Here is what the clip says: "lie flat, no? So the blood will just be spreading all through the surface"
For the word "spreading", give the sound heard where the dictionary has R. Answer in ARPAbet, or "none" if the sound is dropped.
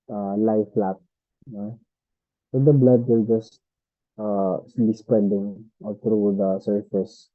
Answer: none